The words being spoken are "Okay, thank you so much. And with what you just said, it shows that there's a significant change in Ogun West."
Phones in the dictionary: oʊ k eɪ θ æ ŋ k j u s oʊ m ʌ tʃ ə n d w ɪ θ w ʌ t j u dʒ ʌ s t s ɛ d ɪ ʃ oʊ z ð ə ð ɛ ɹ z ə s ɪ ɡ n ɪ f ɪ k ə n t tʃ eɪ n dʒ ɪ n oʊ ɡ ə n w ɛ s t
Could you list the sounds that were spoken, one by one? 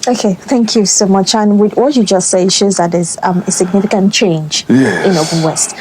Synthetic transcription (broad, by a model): oʊ k eɪ θ æ ŋ k j u s oʊ m ʌ tʃ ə n w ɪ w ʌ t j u dʒ ʌ s t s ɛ ɪ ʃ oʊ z ð ə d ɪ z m ə s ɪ ɡ n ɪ f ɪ k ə n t tʃ eɪ n dʒ ɪ n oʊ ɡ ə l w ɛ s t